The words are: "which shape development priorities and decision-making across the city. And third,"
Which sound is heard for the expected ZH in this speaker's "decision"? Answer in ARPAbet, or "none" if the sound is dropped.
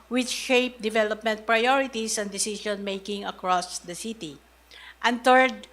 SH